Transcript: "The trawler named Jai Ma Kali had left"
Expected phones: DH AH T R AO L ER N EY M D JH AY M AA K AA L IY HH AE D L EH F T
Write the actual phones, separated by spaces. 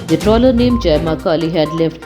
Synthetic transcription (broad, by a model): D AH T R AO L ER N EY M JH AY M AA K AA L IY HH AE D L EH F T